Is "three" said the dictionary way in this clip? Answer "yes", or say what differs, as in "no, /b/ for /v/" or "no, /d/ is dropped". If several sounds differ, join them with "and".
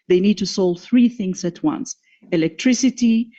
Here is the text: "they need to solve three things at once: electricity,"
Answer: yes